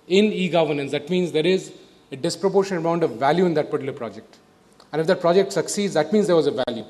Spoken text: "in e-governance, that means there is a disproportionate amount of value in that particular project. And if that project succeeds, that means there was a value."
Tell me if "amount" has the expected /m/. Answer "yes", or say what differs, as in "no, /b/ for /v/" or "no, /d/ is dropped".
no, /m/ is dropped